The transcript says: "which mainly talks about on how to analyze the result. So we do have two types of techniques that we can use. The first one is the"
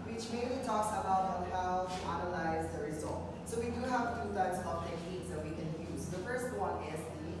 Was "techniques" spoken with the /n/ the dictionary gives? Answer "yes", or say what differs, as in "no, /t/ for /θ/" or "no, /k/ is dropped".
no, /n/ is dropped